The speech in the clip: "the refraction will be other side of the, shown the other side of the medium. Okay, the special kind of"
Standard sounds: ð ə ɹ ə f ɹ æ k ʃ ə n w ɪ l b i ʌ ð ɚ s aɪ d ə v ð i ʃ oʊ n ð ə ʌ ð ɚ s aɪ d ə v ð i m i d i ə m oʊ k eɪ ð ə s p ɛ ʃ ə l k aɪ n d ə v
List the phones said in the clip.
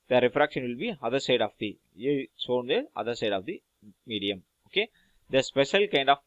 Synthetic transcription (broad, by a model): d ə ɹ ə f ɹ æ k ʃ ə n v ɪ l b i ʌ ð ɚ s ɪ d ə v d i s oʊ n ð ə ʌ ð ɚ s aɪ d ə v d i m i d i ə m oʊ k eɪ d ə s p ɛ ʃ ə l k aɪ n d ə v